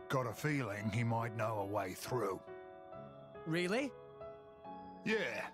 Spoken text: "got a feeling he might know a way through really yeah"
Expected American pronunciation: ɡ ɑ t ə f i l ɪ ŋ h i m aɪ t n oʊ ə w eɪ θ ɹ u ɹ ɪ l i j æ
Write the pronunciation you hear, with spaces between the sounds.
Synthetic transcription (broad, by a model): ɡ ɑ t ə f i l ɪ ŋ i m aɪ t n oʊ ə w eɪ θ ɹ u ɹ ɪ l i j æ